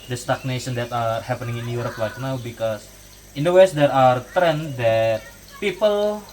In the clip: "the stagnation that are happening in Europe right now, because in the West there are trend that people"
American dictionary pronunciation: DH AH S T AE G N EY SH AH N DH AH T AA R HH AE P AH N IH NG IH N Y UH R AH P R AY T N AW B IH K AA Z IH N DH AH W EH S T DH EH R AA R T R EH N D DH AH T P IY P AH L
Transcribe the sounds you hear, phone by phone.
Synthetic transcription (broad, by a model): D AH S T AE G N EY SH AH N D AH T AA R HH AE P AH N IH NG IH N Y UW R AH P L AY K N AW B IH K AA S IH N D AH W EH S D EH R AA R T R EH N D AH T P IY P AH L